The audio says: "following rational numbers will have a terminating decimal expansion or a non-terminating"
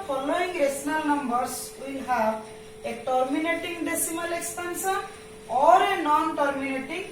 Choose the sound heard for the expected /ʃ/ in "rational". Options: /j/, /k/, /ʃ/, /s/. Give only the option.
/s/